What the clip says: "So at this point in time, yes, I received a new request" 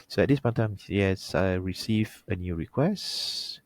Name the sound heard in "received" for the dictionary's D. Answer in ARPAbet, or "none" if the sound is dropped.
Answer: none